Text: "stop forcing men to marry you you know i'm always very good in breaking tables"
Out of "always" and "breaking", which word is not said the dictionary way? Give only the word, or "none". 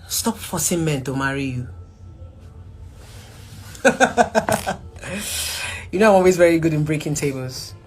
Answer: none